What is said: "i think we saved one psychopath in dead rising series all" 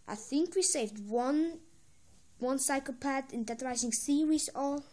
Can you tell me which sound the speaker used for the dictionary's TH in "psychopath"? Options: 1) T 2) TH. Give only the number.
1